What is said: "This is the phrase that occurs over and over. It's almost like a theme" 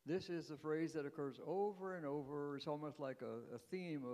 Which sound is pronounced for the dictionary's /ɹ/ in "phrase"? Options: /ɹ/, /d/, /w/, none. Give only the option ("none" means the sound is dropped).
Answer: /ɹ/